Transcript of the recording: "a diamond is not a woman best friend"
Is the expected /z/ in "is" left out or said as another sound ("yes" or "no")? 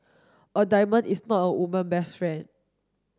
yes